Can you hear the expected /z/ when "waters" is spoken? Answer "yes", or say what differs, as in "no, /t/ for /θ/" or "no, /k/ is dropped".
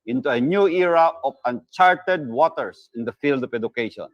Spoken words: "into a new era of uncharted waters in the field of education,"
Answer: no, /s/ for /z/